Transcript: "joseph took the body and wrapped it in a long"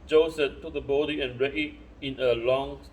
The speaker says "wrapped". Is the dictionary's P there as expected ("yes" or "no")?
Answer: no